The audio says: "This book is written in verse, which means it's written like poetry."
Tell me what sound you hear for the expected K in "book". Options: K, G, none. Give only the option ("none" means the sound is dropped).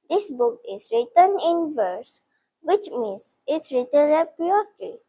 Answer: K